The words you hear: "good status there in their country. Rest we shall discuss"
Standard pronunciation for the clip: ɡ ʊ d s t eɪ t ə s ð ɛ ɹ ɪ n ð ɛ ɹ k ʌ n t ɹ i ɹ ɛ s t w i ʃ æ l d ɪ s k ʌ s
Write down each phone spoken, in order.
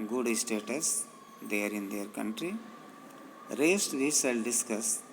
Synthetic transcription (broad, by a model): ɡ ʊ d s t eɪ t ə s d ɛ ɹ ɪ n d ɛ ɹ k ʌ n t ɹ i ɹ ɛ s t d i s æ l d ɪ s k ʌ s